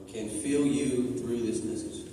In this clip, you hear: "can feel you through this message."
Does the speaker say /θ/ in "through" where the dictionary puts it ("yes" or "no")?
yes